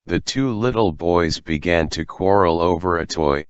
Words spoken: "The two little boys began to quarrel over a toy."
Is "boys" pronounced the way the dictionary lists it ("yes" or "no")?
yes